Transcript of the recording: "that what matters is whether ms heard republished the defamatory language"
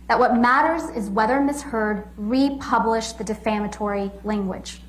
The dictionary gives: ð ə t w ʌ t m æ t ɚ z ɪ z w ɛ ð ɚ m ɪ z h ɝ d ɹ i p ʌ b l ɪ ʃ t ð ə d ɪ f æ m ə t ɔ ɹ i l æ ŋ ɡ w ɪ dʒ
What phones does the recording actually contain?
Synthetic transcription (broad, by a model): ð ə t w ʌ t m æ t ɚ z ɪ z w ɛ ð ɚ m ɪ s h ɝ d ɹ i p ʌ b l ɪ ʃ ð ə d ɪ f æ m ə t ɔ ɹ i l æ ŋ ɡ w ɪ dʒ